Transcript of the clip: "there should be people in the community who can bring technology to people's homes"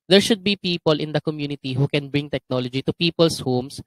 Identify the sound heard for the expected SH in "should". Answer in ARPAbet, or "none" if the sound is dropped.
SH